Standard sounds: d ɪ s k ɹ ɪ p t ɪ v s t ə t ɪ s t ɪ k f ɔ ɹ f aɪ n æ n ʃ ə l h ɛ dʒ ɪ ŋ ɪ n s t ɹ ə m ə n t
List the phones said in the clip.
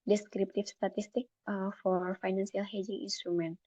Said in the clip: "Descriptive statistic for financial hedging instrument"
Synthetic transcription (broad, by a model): d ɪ s k ɹ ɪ p t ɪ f s t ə t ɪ s t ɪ k f ɔ ɹ f aɪ n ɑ n s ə l h ɛ dʒ ɪ ŋ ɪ n s t ɹ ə m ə n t